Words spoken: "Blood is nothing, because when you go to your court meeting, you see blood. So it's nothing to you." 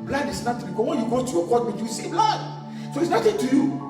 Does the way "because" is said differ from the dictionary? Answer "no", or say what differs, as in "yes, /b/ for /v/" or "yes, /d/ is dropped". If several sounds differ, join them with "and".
yes, /s/ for /z/